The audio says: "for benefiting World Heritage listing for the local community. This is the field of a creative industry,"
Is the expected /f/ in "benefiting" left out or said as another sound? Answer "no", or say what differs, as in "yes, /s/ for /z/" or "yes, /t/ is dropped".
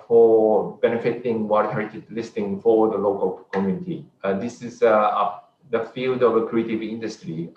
no